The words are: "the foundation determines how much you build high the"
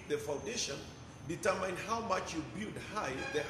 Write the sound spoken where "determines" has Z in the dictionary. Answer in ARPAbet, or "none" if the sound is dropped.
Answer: none